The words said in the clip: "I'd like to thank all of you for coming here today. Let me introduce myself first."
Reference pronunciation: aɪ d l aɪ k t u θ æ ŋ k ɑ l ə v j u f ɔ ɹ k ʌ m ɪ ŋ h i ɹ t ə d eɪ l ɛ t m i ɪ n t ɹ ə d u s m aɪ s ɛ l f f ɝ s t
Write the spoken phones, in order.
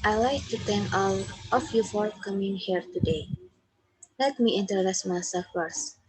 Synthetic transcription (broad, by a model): aɪ l aɪ k t u t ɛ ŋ k ɑ l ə f j u f ɔ ɹ k ʌ m ɪ ŋ h i ɹ t ə d eɪ l ɛ t m i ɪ n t ə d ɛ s m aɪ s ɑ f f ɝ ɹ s